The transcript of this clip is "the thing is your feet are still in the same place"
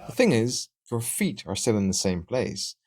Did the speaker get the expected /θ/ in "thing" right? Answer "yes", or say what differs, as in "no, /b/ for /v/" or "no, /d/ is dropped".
yes